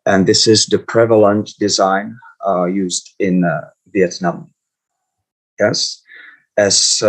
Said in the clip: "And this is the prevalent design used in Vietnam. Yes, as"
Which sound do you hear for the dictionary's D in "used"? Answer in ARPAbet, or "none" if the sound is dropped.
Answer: D